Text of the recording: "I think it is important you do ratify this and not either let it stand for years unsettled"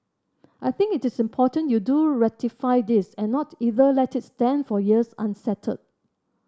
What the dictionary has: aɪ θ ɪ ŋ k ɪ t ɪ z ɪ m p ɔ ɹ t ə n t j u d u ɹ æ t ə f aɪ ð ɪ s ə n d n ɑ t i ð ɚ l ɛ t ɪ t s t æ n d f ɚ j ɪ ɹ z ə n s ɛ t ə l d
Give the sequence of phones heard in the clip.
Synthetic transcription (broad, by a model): aɪ θ ɪ ŋ k ɪ t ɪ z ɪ m p ɔ t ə n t j u d u ɹ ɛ t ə f aɪ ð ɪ s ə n n ɑ t i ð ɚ l ɛ t ɪ t s t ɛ n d f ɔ j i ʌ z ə n s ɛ t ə d